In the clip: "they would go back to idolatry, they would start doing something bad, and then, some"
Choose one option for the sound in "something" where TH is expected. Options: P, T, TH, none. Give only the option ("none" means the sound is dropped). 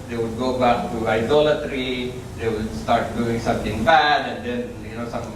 T